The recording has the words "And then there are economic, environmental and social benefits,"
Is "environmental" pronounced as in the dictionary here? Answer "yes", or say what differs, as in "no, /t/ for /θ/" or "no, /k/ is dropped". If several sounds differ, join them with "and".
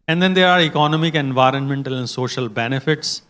yes